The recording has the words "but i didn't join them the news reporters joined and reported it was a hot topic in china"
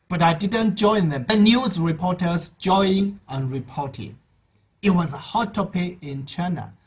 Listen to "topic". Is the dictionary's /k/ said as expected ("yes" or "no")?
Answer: no